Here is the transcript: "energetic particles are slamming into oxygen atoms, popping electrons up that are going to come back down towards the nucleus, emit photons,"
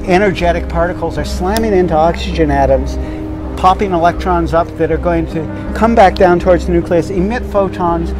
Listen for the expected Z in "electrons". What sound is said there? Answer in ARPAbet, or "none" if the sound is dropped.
Z